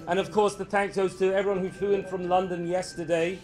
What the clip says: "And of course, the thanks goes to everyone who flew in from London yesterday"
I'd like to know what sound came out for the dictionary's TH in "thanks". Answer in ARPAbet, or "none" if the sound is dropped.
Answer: TH